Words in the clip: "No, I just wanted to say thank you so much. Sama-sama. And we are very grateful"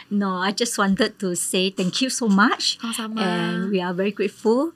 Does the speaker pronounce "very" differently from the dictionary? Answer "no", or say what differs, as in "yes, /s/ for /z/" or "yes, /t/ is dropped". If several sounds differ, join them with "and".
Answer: no